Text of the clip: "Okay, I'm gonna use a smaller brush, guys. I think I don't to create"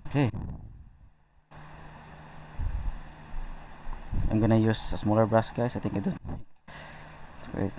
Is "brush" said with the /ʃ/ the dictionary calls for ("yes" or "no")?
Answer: no